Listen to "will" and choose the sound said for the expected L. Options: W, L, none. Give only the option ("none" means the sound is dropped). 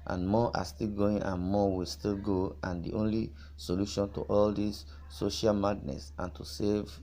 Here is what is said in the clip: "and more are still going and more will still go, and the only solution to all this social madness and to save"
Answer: L